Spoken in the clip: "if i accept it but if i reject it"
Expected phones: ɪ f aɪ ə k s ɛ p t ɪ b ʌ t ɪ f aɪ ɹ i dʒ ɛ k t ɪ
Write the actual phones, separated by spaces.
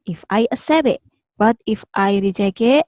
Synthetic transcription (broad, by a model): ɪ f aɪ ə s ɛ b ɪ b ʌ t ɪ f aɪ ɹ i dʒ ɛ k ɪ